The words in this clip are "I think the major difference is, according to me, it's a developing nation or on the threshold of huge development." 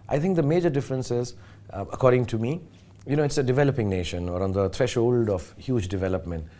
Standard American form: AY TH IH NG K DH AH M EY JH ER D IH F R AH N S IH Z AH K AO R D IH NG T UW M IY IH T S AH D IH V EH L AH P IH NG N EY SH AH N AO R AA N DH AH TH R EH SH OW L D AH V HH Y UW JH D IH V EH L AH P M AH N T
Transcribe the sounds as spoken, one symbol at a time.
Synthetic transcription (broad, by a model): AY T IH NG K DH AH M EY JH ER D IH F R AH N S IH Z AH K AO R D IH NG T UW M IY IH T S AH D IH V EH L AH P IH NG N EY SH AH N AO R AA N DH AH T R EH SH OW L D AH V HH Y UW JH D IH V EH L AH P M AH N T